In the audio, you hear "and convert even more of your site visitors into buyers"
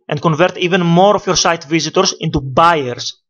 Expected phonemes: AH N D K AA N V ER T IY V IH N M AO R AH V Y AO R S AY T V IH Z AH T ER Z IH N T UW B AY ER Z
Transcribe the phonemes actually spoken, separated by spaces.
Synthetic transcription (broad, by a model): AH N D K AA N V ER T IY V IH N M AO R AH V Y AO R S AY T V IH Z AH T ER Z IH N T UW B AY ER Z